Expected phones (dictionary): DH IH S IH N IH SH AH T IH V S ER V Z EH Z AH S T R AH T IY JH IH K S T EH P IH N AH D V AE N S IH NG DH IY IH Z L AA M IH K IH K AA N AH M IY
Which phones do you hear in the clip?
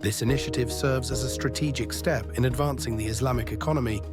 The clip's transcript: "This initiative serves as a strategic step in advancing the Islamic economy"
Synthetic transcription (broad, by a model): DH IH S IH N IH SH AH T IH V S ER V Z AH Z AH S T R AH T IY JH IH K S T EH P IH N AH D V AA N S IH NG DH IY IH Z L AA M IH K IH K AA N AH M IY